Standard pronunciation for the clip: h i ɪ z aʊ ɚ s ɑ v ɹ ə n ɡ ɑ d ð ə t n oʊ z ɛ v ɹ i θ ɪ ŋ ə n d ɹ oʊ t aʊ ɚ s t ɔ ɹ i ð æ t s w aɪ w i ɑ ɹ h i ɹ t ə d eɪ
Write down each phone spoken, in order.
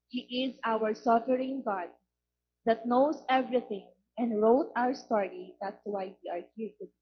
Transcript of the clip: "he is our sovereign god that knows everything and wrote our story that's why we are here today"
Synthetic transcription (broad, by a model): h i ɪ z aʊ ɚ s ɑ f ɹ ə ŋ ɡ ɑ d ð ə t n oʊ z ɛ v ɹ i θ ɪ ŋ ə n d ɹ oʊ t aʊ ɚ s t ɔ ɹ i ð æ t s w aɪ w i ɑ ɹ h i ɹ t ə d